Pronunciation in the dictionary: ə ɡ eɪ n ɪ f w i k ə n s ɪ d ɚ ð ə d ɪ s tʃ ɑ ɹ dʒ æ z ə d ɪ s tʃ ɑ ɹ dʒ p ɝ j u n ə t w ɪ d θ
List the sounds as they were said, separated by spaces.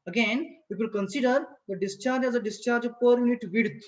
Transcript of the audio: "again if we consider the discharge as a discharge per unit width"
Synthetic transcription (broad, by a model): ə ɡ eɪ n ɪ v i k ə n s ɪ d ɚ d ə d ɪ s tʃ ɑ ɹ dʒ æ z ə d ɪ s tʃ ɑ ɹ dʒ p ɝ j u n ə t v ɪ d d